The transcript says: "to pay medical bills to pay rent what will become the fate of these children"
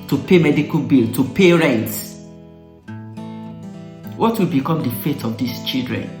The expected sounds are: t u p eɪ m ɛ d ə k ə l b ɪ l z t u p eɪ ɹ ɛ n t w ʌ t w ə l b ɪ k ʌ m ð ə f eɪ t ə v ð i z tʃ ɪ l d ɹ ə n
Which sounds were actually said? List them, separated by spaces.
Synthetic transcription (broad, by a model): t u p eɪ m ɛ d ə k ə l b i l t u p eɪ ɹ ɛ n t w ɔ t w ə l b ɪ k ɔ m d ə f eɪ t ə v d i s tʃ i l d ɹ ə n